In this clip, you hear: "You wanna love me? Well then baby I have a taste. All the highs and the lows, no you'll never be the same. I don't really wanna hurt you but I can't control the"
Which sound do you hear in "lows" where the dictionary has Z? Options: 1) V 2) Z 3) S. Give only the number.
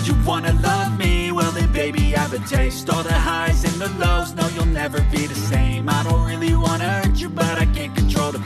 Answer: 2